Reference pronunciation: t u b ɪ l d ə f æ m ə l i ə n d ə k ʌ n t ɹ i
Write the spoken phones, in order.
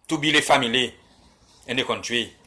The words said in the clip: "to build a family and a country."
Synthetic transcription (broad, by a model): t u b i l ə f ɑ m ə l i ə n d ə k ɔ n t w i